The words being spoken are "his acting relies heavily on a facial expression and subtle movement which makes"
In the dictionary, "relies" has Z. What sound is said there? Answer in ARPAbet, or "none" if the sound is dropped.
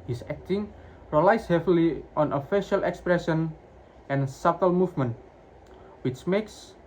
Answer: S